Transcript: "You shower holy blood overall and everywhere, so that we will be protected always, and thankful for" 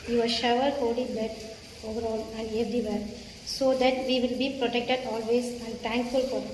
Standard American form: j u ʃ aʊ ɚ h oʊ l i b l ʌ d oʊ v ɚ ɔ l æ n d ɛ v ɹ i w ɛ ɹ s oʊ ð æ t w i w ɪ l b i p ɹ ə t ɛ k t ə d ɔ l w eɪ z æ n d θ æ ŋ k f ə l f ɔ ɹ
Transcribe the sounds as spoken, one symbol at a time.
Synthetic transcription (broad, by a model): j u ʃ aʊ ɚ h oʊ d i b ɛ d oʊ v ɚ ɔ l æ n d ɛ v ɹ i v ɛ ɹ s oʊ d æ t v i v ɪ l b i p ɹ ə t ɛ k t ə d ɔ l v eɪ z æ n d t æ ŋ k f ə l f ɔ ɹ